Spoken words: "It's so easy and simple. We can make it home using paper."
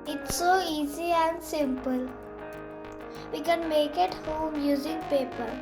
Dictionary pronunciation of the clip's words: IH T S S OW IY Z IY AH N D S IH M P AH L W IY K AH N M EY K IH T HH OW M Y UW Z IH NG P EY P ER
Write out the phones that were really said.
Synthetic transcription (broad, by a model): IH T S S OW IY Z IY AH N D S IH M P AH L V IY K AH N M EY K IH T HH OW M Y UW Z IH NG P EY P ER